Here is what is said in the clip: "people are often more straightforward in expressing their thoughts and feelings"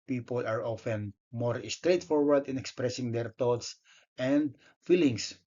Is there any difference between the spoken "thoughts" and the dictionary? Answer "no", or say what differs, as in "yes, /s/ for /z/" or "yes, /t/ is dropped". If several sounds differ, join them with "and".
yes, /t/ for /θ/